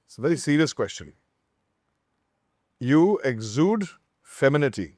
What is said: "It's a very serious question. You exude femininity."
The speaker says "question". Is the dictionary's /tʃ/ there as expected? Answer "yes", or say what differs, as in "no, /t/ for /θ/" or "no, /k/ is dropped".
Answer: yes